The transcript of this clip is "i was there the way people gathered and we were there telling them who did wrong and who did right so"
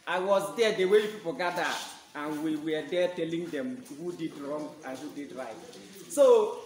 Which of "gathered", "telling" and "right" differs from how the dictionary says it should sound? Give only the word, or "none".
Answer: gathered